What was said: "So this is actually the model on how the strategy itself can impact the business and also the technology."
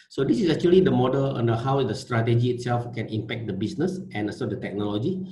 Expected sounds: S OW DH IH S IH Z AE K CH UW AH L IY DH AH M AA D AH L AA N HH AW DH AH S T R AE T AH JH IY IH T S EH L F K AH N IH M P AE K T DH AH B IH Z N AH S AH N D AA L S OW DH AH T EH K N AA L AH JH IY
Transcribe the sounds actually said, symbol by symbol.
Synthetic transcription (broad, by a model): S OW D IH S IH S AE K CH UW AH L IY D AH M AA D AH L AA N HH AW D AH S T R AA T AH JH IY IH T S EH L F K AH N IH M P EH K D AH B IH S N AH S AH N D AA S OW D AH T EH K N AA L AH JH IY